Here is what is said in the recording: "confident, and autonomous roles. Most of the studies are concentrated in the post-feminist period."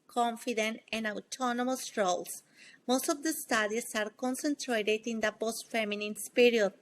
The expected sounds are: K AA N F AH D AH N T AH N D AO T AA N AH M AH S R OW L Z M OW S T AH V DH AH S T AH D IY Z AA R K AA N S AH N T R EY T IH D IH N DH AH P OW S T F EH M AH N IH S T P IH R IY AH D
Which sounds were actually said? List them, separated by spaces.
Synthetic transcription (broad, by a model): K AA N F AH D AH N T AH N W T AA N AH M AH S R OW L S M OW S T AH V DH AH S T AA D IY S AA R K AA N S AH N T R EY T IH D IH N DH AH P OW S T F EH M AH N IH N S P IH R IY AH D